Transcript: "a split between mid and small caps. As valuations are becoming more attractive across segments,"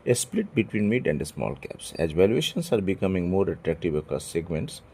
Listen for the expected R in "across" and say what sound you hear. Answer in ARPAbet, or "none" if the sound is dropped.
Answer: none